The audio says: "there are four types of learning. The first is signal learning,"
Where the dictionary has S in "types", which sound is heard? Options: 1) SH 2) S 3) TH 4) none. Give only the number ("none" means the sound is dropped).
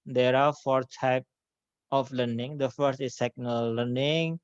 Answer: 4